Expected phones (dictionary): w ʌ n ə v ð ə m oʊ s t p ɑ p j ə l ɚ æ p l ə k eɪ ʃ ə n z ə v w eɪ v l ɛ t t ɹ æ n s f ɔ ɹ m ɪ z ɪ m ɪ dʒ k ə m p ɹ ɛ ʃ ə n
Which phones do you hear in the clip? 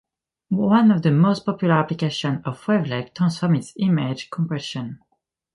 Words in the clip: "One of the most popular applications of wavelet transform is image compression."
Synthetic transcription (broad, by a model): w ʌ n ə v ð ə m oʊ s t p ɑ p j ə l ɚ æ p l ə k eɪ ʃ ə n ə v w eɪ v l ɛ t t æ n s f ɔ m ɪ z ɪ m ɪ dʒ k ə m p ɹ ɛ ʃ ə n